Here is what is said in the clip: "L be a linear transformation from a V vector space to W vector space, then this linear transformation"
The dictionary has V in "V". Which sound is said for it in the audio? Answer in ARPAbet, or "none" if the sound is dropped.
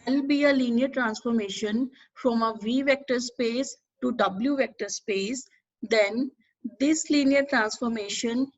V